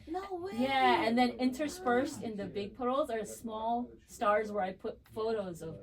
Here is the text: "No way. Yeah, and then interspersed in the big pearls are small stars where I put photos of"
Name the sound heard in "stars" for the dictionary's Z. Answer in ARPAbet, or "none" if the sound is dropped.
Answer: Z